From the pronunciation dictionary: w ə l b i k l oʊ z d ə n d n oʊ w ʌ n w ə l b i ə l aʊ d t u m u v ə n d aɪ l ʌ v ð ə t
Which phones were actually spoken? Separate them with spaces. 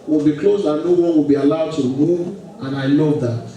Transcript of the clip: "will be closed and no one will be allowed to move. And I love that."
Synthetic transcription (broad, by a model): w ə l b i k l oʊ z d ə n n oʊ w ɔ w ə l b i ə l aʊ d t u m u ə n aɪ l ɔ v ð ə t